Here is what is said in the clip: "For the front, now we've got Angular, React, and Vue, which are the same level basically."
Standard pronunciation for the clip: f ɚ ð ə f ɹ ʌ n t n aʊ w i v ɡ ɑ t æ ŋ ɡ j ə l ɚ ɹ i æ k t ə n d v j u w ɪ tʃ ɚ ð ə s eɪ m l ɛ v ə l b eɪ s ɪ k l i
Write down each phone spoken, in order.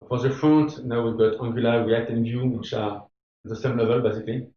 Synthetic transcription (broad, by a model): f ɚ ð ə f ɹ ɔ n t n aʊ w i v ɡ ɑ t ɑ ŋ ɡ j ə l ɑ w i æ t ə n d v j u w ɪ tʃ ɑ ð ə s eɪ m l ɛ v ə l b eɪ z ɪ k l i